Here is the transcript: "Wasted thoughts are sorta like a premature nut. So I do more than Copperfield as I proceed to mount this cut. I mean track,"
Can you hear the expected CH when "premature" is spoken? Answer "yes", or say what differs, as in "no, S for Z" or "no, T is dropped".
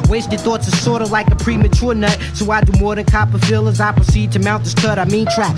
yes